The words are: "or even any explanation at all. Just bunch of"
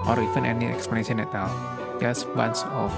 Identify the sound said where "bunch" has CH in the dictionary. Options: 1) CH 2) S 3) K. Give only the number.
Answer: 2